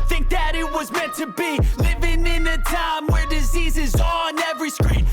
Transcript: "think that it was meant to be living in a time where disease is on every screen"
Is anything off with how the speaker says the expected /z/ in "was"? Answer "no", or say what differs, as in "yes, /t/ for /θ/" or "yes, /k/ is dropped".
no